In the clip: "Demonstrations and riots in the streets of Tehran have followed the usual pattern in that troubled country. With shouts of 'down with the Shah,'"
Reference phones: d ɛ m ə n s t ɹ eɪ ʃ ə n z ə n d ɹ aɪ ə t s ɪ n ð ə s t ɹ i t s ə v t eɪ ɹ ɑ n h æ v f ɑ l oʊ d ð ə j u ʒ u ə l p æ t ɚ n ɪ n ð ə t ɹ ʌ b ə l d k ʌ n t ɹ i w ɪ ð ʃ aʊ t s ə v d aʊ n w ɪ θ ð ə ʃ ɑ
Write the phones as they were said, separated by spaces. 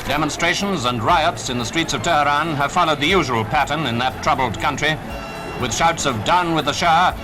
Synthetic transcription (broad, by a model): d ɛ m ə n s t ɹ eɪ ʃ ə n z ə n ɹ aɪ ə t s ɪ n ð ə s t ɹ i t s ə v t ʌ ɹ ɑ n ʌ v f ɑ l oʊ d ð ə j u ʒ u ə l p æ t ɚ n ɪ n ð ə t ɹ ʌ b l d k ʌ n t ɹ i w ɪ ð ʃ aʊ t s ə v d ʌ n w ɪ ð ə ʃ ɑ